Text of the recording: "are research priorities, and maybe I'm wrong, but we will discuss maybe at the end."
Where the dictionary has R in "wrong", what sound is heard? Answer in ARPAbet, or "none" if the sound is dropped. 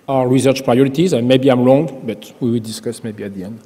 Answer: L